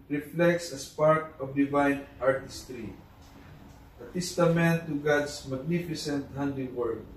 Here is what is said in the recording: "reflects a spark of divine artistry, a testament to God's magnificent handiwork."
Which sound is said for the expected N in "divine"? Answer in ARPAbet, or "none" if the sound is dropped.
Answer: N